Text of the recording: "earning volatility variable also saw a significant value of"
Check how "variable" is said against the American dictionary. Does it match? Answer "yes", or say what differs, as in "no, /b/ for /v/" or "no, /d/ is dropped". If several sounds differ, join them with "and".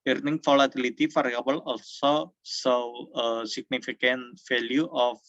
no, /f/ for /v/